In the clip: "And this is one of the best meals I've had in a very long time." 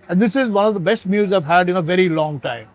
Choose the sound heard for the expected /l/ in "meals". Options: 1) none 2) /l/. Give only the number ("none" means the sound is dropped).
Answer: 1